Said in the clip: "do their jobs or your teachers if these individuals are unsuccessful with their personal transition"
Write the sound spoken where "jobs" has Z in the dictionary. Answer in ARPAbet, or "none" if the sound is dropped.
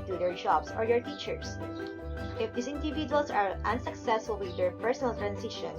S